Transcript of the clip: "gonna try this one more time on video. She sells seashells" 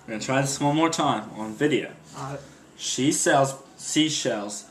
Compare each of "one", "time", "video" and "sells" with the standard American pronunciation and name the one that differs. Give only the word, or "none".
one